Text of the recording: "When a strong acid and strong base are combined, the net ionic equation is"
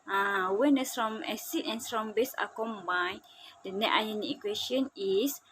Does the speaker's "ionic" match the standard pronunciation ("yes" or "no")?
no